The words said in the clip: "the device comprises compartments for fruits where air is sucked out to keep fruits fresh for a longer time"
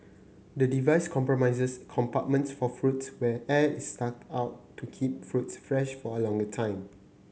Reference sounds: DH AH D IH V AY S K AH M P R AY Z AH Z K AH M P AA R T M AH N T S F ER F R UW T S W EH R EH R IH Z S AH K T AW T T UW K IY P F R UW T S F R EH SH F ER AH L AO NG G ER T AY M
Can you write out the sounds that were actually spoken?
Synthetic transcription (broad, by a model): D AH D IH V AY S K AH M P R AY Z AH S K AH M P AA T M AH N T S F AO F R UW T S W EH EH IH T S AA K AW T T UW K IY P F R UW T S F R EH SH F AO AH L AO NG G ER T AY M